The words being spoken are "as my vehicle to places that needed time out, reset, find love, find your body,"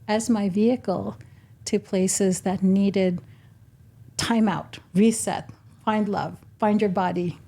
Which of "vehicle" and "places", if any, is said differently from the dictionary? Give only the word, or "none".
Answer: none